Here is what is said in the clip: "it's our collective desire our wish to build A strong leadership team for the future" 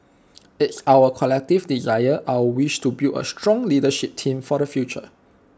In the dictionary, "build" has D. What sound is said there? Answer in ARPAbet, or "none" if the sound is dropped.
none